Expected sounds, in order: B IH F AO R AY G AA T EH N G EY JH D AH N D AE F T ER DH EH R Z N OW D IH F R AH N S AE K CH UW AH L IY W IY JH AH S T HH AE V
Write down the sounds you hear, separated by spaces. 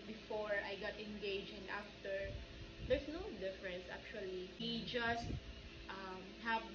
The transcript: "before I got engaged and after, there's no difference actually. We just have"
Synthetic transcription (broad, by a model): B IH F AO R AY G AA T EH N G EY JH AH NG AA F T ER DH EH R S N OW D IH F R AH N S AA K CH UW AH L IY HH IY JH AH S T HH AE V